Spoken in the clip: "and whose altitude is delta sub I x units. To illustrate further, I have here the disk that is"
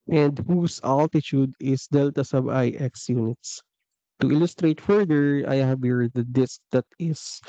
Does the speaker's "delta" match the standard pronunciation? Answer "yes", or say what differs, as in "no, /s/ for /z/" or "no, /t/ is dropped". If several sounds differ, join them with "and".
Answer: yes